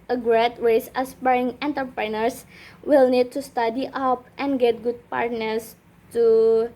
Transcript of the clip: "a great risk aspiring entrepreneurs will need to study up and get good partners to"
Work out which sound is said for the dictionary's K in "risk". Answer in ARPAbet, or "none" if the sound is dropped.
none